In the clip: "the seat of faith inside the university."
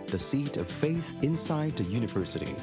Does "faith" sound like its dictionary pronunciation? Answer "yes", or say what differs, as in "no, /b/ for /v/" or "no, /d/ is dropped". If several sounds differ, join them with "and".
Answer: yes